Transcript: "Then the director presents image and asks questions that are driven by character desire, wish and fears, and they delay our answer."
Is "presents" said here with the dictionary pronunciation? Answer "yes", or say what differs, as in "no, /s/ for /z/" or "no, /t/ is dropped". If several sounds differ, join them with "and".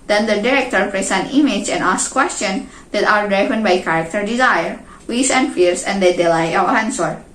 no, /s/ is dropped